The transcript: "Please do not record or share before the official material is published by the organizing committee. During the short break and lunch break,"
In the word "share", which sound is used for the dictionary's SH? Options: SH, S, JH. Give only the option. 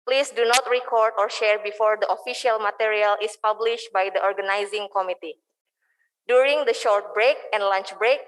SH